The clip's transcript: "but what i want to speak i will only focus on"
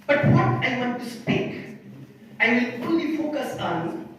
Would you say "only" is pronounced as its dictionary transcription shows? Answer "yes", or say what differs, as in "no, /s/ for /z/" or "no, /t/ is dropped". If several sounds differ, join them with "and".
no, /n/ is dropped